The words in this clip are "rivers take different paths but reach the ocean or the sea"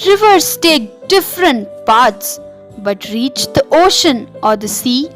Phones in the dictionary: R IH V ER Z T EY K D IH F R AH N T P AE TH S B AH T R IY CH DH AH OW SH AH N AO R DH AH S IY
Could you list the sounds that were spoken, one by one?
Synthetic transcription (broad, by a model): R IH V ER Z T EY K D IH F R AH N T P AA T S B AH T R IY CH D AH OW SH AH N AO R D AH S IY